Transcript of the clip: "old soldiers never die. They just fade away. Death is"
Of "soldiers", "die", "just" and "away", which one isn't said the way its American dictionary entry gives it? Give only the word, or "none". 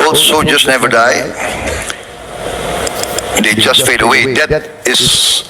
soldiers